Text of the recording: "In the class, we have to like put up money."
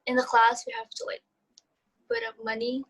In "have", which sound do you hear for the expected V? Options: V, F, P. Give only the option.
F